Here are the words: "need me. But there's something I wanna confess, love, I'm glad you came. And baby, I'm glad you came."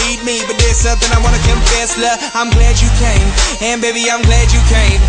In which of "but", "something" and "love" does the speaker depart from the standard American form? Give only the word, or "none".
love